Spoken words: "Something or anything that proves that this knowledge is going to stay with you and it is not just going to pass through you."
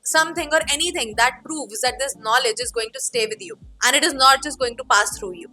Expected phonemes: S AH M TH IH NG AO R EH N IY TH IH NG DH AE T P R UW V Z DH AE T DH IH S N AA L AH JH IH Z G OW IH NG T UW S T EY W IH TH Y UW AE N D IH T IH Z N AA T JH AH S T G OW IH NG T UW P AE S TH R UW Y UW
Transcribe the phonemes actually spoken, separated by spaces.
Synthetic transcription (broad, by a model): S AH M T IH NG AO R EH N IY T IH NG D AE T P R UW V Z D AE T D IH S N AA L AH JH IH Z G OW IH NG T UW S T EY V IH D Y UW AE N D IH T IH Z N AA T JH AH S T G OW IH NG T UW P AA S T R UW Y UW